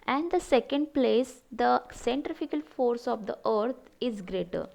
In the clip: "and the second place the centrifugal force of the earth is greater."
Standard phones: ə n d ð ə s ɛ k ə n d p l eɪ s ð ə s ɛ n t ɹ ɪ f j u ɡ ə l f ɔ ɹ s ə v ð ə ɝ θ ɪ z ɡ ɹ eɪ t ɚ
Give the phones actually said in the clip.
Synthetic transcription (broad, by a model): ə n d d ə s ɛ k ə n d p l eɪ s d ə s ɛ n t ɹ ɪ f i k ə l f ɔ ɹ s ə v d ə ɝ t ɪ z ɡ ɹ eɪ t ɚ